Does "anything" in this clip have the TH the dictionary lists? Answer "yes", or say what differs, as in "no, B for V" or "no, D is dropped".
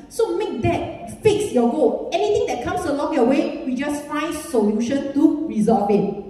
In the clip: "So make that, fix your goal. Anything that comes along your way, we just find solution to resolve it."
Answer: no, T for TH